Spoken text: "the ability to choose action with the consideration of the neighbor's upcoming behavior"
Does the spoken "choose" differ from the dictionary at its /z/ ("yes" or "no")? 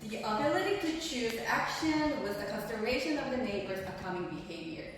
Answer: no